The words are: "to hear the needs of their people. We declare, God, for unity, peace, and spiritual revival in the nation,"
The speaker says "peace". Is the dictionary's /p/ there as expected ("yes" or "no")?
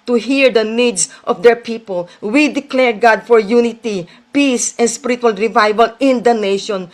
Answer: yes